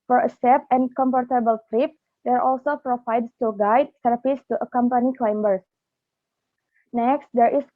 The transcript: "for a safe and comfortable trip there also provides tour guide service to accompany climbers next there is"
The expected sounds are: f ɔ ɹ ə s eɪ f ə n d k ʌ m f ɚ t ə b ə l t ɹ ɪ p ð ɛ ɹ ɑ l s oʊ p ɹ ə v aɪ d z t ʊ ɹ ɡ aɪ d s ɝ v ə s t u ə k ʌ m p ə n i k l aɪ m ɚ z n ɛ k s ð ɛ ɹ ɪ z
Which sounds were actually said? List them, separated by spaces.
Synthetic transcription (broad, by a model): f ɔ ɹ ə s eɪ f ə n k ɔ m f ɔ t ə b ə l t ɹ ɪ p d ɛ ɹ ɑ l s oʊ p ɹ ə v aɪ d s t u ɡ aɪ d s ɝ p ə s t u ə k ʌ m p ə n i k l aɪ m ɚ s n ɛ k s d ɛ ɹ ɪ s